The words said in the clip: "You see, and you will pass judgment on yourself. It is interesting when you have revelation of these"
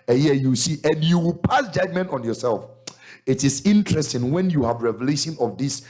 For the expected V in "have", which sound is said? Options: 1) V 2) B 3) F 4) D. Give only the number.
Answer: 1